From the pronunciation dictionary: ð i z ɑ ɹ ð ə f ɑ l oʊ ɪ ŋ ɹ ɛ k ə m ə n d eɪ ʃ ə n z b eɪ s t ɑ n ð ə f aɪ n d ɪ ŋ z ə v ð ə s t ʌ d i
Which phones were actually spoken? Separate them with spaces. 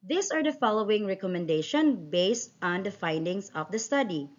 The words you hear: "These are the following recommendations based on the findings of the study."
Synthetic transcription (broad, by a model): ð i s ɑ ɹ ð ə f ɑ l oʊ ɪ ŋ ɹ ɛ k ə m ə n d eɪ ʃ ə n b eɪ s t ɑ n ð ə f aɪ n d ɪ ŋ s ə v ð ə s t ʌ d i